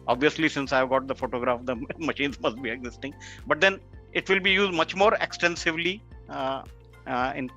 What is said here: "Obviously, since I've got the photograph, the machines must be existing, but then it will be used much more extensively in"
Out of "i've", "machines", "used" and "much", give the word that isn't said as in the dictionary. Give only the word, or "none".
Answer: none